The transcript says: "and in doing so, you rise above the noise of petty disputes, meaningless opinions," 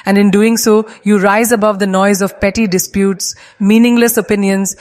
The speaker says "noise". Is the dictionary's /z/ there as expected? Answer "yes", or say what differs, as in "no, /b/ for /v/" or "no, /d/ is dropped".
yes